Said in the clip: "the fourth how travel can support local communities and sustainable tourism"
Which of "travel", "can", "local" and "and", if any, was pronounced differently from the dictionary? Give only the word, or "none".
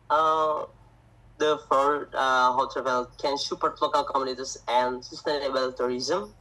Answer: travel